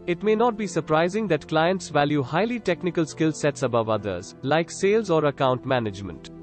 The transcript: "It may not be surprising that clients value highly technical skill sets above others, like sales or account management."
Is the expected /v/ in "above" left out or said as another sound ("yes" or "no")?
no